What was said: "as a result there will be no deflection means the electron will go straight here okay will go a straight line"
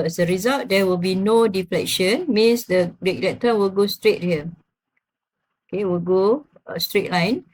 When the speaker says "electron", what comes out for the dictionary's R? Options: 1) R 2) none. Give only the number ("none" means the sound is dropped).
2